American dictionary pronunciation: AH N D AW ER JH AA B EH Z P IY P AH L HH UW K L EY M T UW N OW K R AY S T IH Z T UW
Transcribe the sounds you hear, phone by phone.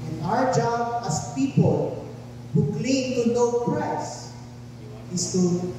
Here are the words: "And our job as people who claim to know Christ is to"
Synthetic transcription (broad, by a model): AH N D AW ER JH AA B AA S P IY P AH L HH UW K L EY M T UW N OW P R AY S IH S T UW